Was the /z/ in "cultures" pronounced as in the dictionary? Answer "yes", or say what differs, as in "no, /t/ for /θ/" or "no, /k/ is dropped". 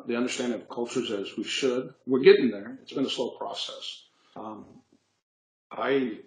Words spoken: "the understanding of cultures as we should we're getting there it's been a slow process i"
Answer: yes